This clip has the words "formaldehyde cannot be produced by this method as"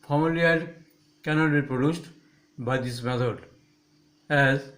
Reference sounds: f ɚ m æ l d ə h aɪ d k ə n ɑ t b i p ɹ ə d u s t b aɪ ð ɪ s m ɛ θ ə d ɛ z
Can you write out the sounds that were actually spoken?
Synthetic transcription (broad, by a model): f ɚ m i l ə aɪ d k ə n ɑ t b i p ɹ ə d u s t b aɪ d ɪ s m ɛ t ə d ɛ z